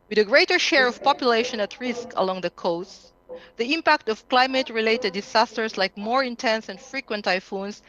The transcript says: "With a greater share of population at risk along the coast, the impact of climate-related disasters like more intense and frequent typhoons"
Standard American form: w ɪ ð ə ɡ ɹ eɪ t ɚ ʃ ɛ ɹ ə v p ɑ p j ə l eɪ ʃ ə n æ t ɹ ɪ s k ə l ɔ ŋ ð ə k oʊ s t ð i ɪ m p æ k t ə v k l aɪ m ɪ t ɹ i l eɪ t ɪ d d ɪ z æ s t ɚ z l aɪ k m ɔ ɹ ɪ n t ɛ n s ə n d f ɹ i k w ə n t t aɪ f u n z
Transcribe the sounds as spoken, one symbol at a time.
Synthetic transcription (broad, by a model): w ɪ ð ə ɡ ɹ eɪ t ɚ ʃ ɛ ɹ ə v p ɑ p j ə l eɪ ʃ ə n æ t ɹ ɪ s k ə l ɔ ŋ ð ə k oʊ s t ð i ɪ m p æ k t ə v k l aɪ m ɪ t ɹ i l eɪ t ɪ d d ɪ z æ s t ɚ s l aɪ k m ɔ ɹ ɪ n t ɛ n s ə n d f ɹ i k w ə n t t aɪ f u n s